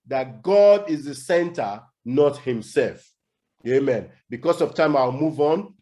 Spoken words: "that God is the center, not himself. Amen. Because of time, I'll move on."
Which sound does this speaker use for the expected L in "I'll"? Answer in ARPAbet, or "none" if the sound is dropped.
W